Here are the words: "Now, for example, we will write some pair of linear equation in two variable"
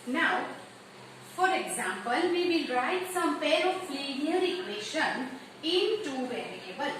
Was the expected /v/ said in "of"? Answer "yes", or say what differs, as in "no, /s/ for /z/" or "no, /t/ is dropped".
no, /p/ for /v/